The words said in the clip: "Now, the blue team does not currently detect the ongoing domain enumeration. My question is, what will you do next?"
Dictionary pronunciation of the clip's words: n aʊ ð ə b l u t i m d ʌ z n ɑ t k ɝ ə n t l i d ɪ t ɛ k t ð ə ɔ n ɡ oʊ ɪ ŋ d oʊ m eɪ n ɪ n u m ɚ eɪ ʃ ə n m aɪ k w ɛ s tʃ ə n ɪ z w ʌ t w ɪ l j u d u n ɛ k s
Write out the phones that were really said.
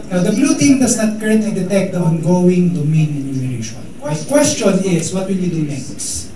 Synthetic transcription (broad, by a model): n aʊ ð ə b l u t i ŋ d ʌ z n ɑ t k ɝ ə n t l i d ɪ t ɛ k t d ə ɔ n ɡ oʊ ɪ ŋ d oʊ m eɪ n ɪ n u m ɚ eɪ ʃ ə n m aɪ k w ɛ s tʃ ə n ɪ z w ʌ t w ɪ l j u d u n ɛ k s